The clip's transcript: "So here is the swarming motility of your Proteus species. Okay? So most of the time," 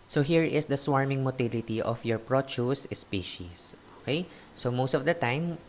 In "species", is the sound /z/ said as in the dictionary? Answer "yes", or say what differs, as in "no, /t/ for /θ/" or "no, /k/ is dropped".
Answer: no, /s/ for /z/